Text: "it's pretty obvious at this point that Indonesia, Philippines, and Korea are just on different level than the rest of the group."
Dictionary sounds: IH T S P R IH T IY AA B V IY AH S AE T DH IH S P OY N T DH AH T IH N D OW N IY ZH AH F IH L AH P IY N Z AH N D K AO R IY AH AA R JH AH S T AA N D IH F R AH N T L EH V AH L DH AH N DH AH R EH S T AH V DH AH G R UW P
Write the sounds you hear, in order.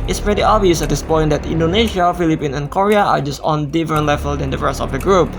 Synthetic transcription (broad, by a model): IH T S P R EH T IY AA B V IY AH S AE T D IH S P OY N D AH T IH N D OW N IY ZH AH F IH L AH P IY N AH N K AO R IY AH AA R JH AH S T AA N D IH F AH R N L EH V AH L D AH N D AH R EH S T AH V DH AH G R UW P